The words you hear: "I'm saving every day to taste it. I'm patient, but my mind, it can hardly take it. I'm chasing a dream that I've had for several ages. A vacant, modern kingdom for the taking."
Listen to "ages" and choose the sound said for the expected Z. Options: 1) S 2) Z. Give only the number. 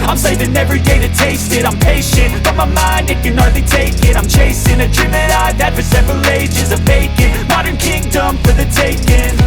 2